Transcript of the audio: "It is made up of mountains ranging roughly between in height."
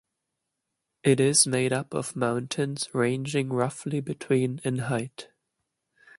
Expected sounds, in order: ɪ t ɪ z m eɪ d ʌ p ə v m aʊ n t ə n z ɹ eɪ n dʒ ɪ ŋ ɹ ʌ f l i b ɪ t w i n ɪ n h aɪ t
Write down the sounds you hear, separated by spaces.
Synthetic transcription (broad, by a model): ɪ t ɪ z m eɪ d ʌ p ə v m aʊ n t ə n z ɹ eɪ n dʒ ɪ ŋ ɹ ʌ f l i b ɪ t w i n ɪ n h aɪ t